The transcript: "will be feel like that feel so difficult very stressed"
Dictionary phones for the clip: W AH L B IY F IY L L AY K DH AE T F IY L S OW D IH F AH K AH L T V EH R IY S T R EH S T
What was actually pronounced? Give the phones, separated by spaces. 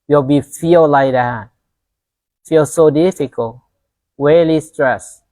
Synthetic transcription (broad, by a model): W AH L B IY F IY L L AY K DH AE T F IY L S OW D IH F AH K AH L T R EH L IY S T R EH S